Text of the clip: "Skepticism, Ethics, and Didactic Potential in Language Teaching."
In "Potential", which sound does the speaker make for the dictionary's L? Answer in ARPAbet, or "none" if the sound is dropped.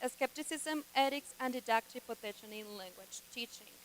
N